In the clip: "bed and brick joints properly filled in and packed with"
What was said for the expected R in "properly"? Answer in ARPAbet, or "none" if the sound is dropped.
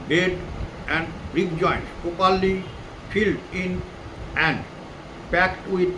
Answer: none